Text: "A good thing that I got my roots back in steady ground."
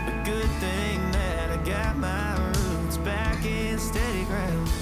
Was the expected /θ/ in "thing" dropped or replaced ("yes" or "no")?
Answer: no